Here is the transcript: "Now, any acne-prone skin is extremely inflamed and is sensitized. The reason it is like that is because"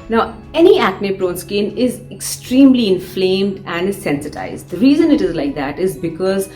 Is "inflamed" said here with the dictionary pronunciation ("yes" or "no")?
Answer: yes